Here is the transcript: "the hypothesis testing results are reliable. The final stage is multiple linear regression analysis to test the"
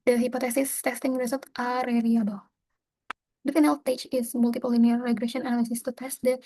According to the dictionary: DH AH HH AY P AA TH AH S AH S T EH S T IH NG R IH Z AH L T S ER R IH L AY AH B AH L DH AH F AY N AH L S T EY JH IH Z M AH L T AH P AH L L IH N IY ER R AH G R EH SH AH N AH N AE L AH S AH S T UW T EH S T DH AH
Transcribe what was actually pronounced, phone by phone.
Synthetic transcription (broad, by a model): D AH HH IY P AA T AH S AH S T EH S T IH NG R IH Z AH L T AA R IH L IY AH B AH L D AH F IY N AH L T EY CH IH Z M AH L T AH P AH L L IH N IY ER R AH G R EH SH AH N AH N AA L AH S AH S T UW T EH S T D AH